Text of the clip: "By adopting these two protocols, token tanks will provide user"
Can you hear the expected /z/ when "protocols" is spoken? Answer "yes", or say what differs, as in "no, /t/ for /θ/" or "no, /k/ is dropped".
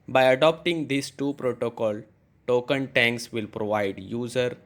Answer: no, /z/ is dropped